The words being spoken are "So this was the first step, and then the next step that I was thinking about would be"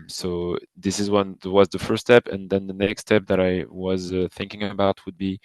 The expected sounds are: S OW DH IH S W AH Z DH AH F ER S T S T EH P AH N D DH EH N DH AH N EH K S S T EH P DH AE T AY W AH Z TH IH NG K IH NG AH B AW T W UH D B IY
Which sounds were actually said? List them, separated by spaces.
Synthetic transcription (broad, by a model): S OW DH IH S W AH Z DH AH F ER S S T EH P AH N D DH EH N DH AH N EH K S S T EH P DH AE T AY W AH Z TH IH NG K IH NG AH B AW T W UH D B IY